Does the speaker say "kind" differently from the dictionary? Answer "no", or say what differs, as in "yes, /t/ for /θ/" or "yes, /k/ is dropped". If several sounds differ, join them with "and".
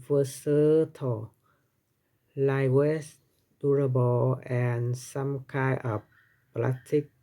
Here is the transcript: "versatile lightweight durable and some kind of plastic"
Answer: yes, /d/ is dropped